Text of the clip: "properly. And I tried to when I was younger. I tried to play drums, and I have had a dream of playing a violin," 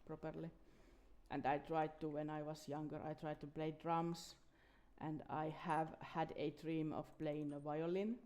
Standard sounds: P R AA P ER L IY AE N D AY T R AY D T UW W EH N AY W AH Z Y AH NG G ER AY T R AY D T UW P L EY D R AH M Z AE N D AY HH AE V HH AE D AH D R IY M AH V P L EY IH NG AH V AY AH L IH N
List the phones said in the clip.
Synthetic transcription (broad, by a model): P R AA P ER L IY AE N D AY T R AY D T UW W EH N AY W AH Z Y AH NG G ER AY T R AY D T UW P L EY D R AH M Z AE N D AY HH AE V HH AE D AH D R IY M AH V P L EY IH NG AH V AY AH L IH N